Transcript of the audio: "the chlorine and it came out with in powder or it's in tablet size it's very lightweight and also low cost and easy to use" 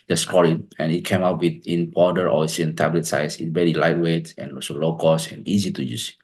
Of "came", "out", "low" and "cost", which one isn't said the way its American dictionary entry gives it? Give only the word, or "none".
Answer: cost